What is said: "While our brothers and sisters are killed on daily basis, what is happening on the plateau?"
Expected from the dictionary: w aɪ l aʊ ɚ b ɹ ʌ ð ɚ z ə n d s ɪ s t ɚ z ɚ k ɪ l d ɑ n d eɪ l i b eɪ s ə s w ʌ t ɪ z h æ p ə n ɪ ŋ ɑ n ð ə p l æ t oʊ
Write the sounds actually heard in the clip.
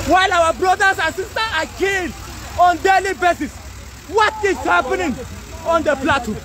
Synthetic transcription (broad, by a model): w aɪ l aʊ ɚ b ɹ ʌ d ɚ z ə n s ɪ s t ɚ ɑ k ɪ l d ɑ n d eɪ l i b eɪ s ə s w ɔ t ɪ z h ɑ p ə n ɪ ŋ ɑ n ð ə p l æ t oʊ